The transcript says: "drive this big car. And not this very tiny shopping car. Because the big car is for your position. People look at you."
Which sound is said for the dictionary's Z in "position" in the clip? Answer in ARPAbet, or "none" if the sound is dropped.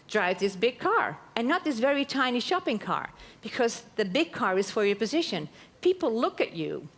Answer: Z